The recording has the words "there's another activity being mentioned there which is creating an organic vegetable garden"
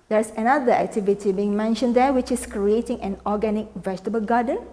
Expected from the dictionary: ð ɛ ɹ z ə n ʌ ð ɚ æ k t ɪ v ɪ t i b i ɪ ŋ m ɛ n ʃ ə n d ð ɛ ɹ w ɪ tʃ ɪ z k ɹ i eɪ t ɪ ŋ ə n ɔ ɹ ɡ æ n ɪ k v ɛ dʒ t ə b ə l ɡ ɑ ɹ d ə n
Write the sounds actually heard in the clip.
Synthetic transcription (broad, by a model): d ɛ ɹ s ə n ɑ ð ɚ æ k t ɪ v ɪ t i b i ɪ ŋ m ɛ n ʃ ə n d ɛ w ɪ tʃ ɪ s k ɹ i eɪ t ɪ ŋ ə n ɔ ɡ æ n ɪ k v ɛ dʒ t ə b ə l ɡ ɑ d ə n